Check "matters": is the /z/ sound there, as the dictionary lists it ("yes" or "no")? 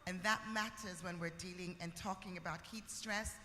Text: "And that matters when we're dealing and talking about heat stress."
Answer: yes